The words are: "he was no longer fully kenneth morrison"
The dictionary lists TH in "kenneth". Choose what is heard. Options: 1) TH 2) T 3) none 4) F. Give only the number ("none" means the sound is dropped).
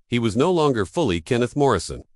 1